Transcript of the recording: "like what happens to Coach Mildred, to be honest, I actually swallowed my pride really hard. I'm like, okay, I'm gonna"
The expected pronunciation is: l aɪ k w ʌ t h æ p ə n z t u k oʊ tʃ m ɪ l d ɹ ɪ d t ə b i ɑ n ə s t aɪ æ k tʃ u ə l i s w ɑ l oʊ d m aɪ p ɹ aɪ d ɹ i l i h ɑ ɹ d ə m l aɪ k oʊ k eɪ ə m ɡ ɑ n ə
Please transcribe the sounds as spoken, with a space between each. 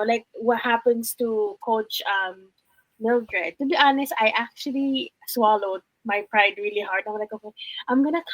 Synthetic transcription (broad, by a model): l aɪ k w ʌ t h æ p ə n s t u k oʊ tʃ m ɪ l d ɹ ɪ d t ə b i ɑ n ə s t aɪ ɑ k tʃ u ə l i s w ɑ l oʊ d m aɪ p ɹ aɪ d ɹ i l i h ɑ ɹ d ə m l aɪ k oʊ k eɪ ə m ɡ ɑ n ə